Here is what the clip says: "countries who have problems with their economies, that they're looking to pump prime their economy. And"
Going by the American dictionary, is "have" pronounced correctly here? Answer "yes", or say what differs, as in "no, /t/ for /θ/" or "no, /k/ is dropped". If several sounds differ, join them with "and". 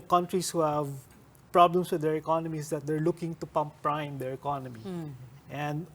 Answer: yes